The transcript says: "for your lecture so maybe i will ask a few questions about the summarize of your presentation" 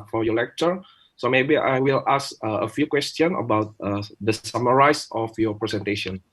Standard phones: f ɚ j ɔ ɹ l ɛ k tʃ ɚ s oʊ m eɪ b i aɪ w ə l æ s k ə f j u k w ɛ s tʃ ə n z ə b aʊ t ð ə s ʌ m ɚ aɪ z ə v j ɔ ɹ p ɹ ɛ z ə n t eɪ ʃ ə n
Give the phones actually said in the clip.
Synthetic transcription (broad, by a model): f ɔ j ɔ l ɛ k tʃ ɚ s oʊ m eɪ b i aɪ w ə l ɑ s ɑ ə f j u k w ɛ s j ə n ə b aʊ t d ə s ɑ m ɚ aɪ s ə f j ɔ p ɹ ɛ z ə n t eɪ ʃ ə n